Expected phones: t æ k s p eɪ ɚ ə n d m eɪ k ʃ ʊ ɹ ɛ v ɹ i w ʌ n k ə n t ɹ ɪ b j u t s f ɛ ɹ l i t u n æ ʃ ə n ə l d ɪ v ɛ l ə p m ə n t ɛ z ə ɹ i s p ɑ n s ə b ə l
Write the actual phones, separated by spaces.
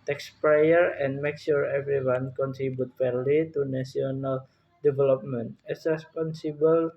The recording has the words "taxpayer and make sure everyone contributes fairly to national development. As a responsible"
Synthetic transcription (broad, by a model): t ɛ k s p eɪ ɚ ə n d m eɪ k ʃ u ɹ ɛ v ɹ i w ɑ n k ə n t ɹ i b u t f ɛ ɹ l i t u n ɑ s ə n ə l d ɪ v ɛ l ə p m ə n t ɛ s ɹ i s p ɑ n s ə b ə l